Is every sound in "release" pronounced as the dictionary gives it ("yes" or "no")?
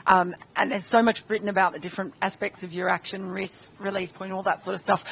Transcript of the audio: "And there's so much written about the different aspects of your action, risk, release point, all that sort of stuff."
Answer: yes